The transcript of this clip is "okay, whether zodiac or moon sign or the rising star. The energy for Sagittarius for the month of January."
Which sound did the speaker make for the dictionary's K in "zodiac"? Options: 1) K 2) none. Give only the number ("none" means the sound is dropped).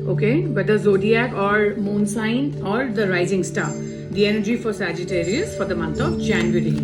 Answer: 1